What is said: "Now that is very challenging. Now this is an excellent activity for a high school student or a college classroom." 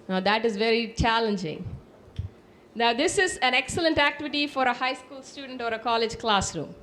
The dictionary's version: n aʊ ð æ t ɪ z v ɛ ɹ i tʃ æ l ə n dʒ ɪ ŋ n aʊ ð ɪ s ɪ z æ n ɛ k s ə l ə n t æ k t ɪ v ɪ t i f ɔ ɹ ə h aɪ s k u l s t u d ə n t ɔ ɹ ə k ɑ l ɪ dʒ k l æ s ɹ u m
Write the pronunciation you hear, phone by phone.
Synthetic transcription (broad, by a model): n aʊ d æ t ɪ z v ɛ ɹ i tʃ æ l ə n dʒ ɪ ŋ n aʊ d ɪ s ɪ z æ n ɛ k s ə l ə n t æ k t ɪ v ɪ t i f ɔ ɹ ə h aɪ s k u l s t u d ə n t ɔ ɹ ə k ɑ l ɪ dʒ k l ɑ s ɹ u m